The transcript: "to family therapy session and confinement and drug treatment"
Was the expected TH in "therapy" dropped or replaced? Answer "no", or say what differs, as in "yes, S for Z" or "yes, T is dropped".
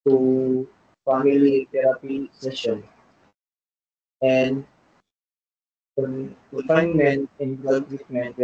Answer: yes, T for TH